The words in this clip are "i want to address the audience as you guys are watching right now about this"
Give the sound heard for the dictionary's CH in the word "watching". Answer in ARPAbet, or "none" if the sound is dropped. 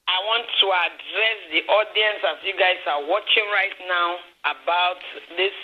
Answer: CH